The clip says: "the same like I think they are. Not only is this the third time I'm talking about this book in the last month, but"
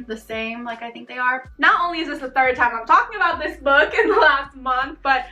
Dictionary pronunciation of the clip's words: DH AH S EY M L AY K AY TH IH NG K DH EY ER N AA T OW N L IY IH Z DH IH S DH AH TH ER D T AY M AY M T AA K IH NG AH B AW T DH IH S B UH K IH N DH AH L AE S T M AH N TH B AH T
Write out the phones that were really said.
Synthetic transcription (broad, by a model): DH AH S EY M L AY K AY TH IH NG K DH EY ER N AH T OW N L IY IH Z DH IH S DH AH TH ER D T AY M AY M T AA K IH NG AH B AW T DH IH S B UH K IH N DH AH L AE S T M AH N TH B AH T